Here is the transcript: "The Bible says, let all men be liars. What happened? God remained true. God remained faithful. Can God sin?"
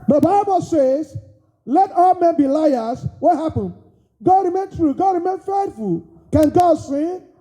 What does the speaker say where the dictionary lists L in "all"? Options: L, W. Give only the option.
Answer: L